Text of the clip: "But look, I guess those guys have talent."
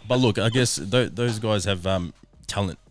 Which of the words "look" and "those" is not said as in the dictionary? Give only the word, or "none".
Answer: none